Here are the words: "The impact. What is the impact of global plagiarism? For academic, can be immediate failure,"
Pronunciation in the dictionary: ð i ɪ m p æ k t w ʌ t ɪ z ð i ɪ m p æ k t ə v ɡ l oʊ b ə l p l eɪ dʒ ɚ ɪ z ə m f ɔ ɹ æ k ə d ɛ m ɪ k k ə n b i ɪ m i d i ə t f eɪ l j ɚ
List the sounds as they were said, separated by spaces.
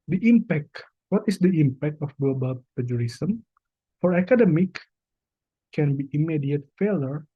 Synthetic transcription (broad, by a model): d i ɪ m p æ k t w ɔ t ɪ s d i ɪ m p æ k t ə f ɡ l oʊ b ə l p eɪ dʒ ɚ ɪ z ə m f ɔ ɹ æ k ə d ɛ m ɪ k k ə n b i ɪ m i d i ə t f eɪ l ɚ